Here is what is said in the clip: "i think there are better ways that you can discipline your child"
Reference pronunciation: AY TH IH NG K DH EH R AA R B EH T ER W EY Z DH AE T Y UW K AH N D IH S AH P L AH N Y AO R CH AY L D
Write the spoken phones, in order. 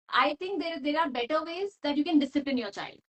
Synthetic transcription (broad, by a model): AY T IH NG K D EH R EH R B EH T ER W EY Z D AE T Y UW K AH N D IH S AH P L AH N Y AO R CH AY L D